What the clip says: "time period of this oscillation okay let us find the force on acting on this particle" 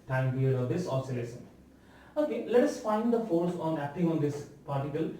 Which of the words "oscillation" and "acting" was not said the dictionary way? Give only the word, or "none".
oscillation